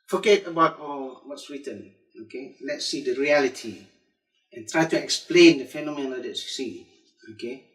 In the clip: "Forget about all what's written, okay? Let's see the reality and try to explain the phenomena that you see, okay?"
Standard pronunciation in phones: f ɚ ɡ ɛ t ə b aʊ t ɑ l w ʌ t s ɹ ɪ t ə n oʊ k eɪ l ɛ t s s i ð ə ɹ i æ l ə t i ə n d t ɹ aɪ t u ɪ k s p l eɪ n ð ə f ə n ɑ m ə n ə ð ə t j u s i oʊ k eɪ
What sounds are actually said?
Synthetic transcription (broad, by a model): f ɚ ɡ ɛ t ə b aʊ t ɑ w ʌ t s w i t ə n oʊ k eɪ l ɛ t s s i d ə ɹ i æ l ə t i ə n t ɹ aɪ t u ɪ k s p l eɪ n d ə f ə n ɑ m ə n ə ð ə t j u s i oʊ k eɪ